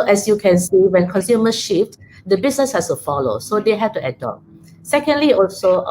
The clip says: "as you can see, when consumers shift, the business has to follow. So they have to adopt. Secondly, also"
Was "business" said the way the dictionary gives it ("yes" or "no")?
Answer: no